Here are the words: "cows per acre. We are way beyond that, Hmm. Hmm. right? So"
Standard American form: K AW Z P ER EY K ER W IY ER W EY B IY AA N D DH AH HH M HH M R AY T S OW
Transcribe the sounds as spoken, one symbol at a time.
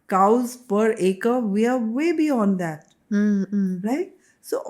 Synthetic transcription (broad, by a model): K AW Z P ER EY K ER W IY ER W EY B IY AA N D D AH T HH R AY T S OW